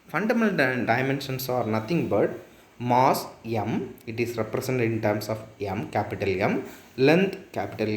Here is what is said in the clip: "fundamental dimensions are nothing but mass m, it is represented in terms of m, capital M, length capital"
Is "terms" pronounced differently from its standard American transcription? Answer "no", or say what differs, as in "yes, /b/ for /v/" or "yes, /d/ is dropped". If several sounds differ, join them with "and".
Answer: yes, /s/ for /z/